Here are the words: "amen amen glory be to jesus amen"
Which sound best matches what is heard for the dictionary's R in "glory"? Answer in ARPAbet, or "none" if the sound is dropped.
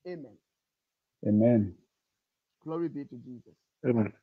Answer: R